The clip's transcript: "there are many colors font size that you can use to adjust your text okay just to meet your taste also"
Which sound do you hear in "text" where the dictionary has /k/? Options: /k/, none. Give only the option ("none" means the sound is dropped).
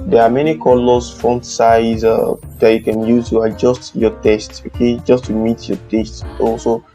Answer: none